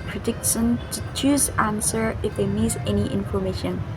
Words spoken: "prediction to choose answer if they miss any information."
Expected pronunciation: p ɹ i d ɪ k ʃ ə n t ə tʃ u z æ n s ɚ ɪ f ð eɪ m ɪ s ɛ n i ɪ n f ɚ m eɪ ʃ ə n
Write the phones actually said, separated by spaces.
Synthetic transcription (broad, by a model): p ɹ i d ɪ k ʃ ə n t ə tʃ u z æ n s ɚ ɪ f ð eɪ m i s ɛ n i ɪ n f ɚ m eɪ ʃ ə n